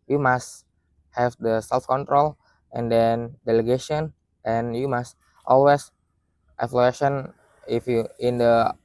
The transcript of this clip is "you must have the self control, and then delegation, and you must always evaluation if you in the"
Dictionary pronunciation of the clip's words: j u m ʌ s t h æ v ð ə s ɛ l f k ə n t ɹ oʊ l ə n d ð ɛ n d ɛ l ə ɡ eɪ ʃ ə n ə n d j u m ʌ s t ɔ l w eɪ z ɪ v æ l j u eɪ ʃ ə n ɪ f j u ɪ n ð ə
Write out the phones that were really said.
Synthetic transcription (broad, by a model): j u m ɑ s t h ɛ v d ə s ɛ l f k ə n t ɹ oʊ l ə n d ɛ n d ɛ l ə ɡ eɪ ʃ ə n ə n j u m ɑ s t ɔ l w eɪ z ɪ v l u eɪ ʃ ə n ɪ f j u ɪ n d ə